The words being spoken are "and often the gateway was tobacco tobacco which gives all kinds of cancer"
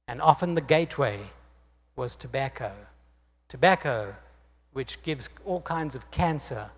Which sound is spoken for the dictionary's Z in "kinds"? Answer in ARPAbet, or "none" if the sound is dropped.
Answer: Z